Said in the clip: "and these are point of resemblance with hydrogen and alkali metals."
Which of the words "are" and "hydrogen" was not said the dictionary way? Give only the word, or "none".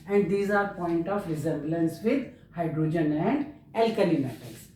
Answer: none